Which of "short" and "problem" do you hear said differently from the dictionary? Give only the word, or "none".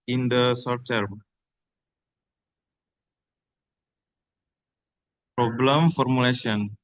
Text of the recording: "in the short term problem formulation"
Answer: short